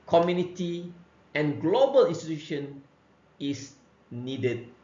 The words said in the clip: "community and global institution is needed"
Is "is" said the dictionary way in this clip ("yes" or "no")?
no